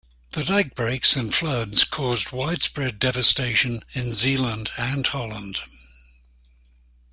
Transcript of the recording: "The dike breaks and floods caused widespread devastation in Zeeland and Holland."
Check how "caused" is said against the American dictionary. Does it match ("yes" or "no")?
yes